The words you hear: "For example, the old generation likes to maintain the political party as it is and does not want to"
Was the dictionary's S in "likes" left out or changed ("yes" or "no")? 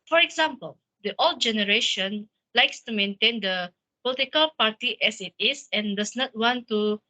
no